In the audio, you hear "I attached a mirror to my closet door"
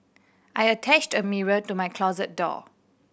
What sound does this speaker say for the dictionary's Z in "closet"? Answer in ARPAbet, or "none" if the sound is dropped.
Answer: Z